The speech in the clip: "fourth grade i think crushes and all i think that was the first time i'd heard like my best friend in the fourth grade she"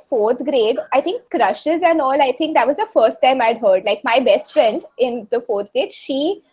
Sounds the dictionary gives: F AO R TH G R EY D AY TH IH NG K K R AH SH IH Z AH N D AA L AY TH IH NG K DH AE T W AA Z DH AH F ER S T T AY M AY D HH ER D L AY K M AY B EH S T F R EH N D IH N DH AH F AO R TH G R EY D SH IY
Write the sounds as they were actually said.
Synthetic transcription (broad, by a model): F AO R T G R EY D AY T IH NG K K R AH SH IH Z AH N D AA L AY T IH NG K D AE T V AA Z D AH F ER S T T AY M AY D HH ER D L AY K M AY B EH S T F R EH N D IH N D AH F AO R T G R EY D SH IY